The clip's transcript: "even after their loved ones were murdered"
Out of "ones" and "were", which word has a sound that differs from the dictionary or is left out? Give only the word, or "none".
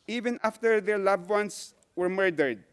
ones